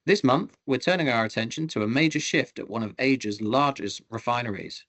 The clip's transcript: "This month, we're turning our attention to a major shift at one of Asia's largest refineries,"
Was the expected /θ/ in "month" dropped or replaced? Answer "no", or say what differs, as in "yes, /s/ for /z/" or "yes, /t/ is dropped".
no